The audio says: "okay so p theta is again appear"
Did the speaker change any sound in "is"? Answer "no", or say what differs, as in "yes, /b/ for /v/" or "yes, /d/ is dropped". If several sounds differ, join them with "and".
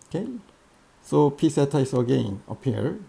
yes, /s/ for /z/